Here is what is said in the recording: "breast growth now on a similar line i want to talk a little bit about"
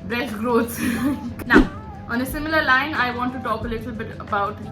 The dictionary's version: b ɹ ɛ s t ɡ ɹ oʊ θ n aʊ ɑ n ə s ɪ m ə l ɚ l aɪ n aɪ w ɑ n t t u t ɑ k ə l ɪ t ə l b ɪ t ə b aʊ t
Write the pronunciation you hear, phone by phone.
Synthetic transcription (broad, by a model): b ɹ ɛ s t ɡ ɹ oʊ s n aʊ ɑ n ə s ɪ m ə l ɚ l aɪ n aɪ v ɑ n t t u t ɑ k ə l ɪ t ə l b ɪ t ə b aʊ t